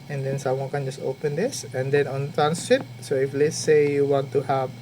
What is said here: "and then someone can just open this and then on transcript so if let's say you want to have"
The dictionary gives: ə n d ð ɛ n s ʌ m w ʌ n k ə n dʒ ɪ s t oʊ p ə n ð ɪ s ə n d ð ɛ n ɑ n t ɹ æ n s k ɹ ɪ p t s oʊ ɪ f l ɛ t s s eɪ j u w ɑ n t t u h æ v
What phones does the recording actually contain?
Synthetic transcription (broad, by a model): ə n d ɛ n s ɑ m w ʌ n k ə n dʒ ɪ s t oʊ p ə n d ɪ s ə n d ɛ n ɑ n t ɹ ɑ n s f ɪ t s oʊ ɪ f l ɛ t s s eɪ j u w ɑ n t t u h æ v